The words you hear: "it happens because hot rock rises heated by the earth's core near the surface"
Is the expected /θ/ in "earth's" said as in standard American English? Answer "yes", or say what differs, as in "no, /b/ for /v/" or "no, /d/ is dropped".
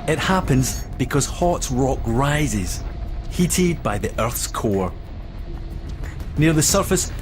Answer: yes